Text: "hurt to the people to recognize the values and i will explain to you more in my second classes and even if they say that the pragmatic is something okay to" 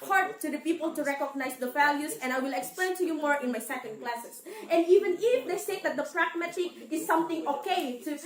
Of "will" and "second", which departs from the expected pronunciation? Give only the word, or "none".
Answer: none